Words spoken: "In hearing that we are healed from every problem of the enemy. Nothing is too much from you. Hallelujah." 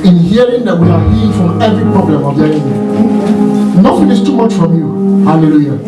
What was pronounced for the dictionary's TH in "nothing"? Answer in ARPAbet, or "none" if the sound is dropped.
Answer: F